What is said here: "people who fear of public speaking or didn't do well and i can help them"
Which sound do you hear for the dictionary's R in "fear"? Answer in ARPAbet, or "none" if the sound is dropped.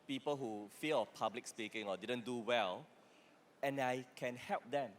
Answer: L